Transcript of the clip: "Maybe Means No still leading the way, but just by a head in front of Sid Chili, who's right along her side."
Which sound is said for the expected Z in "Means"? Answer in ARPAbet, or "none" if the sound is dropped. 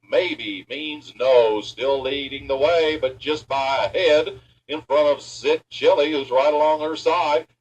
Z